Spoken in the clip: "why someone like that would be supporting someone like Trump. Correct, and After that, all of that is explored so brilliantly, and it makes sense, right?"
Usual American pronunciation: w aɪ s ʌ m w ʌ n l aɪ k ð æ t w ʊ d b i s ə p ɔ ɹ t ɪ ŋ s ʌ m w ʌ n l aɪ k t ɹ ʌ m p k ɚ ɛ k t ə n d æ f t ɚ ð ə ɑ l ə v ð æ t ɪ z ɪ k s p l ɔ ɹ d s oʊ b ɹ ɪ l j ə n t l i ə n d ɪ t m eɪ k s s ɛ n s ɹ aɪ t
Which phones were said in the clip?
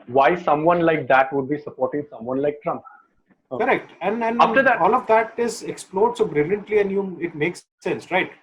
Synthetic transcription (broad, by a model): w aɪ s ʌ m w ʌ n l aɪ k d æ t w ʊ d b i s ə p ɔ ɹ t ɪ ŋ s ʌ m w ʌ n l aɪ k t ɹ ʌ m k ɚ ɛ k t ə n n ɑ t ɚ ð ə ɑ l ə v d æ t ɪ z ɪ k s p l ɔ ɹ d s oʊ b ɹ ɪ l j ə n t l i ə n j ɪ t m eɪ k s s ɛ n s ɹ aɪ t